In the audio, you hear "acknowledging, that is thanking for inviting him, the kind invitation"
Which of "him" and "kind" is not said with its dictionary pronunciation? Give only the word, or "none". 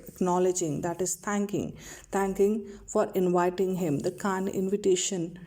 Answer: kind